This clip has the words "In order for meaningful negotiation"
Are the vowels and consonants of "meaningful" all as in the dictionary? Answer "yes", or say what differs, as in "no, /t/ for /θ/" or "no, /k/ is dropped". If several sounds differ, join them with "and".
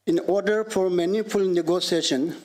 no, /ŋ/ is dropped